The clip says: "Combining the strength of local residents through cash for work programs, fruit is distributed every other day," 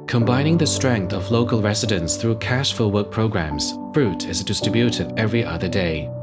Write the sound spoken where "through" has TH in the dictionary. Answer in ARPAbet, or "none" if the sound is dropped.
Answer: TH